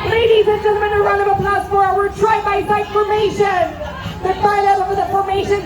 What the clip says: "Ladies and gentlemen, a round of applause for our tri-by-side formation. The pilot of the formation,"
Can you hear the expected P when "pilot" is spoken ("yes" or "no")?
no